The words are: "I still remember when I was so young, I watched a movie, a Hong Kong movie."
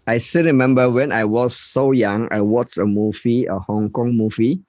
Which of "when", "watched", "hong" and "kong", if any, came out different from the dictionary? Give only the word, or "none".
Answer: watched